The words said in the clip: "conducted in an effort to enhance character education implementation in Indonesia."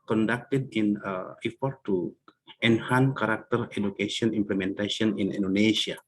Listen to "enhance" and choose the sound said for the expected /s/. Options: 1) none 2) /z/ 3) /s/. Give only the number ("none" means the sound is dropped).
1